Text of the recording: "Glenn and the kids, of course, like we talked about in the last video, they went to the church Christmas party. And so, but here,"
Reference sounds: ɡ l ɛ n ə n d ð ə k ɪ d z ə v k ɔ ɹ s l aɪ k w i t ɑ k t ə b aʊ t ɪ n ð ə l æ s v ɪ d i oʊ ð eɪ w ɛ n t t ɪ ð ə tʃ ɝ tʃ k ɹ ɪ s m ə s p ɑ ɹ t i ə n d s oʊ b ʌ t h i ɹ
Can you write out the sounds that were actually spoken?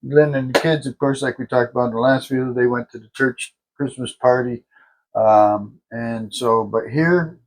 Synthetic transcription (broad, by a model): l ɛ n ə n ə k ɪ d z ə v k ɔ ɹ s l aɪ k w i t ɑ k t ə b aʊ t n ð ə l æ s f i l ð eɪ w ɛ n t t ɪ ð ə tʃ ɝ tʃ k ɹ ɪ s m ə s p ɑ ɹ t i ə n s oʊ b ʌ t h i ɹ